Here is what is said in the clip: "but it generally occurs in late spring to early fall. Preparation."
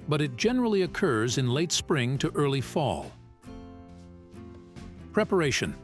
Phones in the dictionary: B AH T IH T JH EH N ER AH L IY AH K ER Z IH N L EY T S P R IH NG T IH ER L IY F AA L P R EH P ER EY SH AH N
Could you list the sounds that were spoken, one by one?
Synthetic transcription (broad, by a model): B AH T IH T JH EH N ER L IY AH K ER Z IH N L EY T S P R IH NG T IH ER L IY F AA L P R EH P ER EY SH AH N